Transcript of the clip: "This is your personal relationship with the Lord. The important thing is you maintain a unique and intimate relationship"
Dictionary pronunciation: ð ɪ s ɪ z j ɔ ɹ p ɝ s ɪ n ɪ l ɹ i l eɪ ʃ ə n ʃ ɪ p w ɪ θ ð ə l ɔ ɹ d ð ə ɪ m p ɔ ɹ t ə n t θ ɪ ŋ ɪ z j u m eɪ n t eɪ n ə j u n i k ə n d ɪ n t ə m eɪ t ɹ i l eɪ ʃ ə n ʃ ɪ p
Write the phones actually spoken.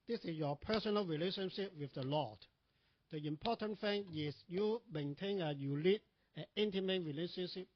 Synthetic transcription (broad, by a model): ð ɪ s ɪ s j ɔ p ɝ s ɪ n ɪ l ɹ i l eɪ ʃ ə n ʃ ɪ p w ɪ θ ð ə l ɔ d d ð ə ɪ m p ɔ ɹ t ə n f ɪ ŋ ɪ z j u m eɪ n t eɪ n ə j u l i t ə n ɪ n t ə m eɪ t ɹ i l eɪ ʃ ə n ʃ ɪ p